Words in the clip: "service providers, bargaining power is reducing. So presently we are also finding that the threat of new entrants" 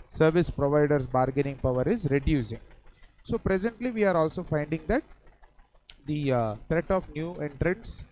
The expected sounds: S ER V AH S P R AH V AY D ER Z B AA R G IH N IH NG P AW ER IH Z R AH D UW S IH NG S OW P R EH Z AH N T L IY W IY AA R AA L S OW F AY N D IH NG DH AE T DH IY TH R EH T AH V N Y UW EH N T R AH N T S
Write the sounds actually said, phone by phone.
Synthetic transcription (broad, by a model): S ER V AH S P R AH V AY D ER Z B AA R G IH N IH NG P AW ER IH Z R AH D UW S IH NG S OW P R EH Z AH N T L IY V IY AA R AA L S OW F AY N D IH NG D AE T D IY T R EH T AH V N Y UW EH N T R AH N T S